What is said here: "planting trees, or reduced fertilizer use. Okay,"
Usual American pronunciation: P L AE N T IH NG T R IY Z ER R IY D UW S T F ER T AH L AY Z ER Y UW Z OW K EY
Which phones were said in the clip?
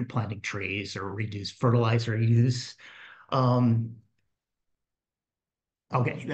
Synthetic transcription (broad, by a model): P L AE N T IH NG T R IY Z ER R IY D UW S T F ER T AH L AY Z ER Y UW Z OW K EY